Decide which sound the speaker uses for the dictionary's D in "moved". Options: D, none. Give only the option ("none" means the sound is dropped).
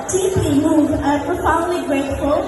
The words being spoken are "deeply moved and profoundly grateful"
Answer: none